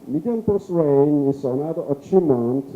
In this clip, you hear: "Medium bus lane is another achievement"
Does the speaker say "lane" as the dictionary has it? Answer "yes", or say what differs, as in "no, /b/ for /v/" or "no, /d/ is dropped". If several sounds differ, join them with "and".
no, /w/ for /l/